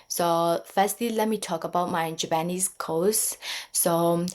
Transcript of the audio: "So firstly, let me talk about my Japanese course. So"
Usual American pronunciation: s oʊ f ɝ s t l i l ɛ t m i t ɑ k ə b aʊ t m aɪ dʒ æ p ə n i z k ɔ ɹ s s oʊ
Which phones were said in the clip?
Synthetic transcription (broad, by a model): s oʊ f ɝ s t l i l ɛ t m i t ɑ k ə b aʊ t m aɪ dʒ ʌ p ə n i s k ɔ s s oʊ